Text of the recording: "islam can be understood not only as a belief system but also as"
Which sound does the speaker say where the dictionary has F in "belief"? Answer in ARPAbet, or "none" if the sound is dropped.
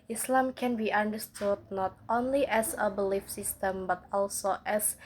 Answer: F